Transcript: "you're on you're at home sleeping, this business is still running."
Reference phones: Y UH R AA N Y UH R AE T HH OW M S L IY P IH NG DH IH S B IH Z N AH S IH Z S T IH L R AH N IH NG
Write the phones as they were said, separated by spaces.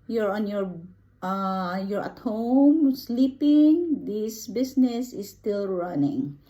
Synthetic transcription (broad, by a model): Y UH R AA N Y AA R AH T HH OW M S L IY P IH NG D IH S B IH S N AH S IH S T IH L R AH N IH NG